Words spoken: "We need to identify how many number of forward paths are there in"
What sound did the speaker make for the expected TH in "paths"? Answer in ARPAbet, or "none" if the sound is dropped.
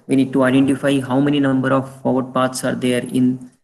T